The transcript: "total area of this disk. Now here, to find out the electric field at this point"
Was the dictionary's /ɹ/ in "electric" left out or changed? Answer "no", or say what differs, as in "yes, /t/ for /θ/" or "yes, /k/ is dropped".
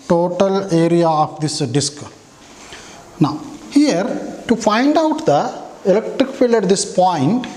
no